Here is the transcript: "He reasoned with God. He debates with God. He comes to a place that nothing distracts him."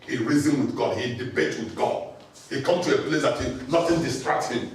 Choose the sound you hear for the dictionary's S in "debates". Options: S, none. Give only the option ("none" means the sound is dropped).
none